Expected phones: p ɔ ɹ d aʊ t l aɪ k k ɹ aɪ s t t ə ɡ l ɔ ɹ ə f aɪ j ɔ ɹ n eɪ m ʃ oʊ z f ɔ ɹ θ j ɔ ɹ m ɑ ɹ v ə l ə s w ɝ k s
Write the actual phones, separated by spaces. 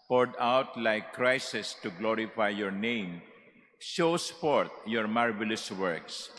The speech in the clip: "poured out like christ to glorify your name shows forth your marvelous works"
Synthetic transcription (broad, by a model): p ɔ ɹ d aʊ t l aɪ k k ɹ aɪ s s t ə ɡ l ɔ ɹ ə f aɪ j ɔ ɹ n eɪ m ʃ oʊ s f ɔ ɹ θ j ɔ ɹ m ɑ ɹ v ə l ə s w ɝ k s